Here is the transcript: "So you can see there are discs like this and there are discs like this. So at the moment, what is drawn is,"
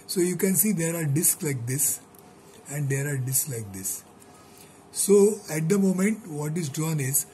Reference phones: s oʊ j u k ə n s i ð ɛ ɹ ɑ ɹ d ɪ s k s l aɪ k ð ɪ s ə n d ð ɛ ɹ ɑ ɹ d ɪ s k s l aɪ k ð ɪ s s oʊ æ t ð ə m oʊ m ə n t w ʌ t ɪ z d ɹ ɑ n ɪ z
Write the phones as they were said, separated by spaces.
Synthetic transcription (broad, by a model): s oʊ j u k ə n s i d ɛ ɹ ɑ ɹ d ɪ s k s l aɪ k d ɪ s ə n d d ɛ ɹ ɑ ɹ d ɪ s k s l aɪ k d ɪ s s oʊ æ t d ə m oʊ m ə n t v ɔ t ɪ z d ɑ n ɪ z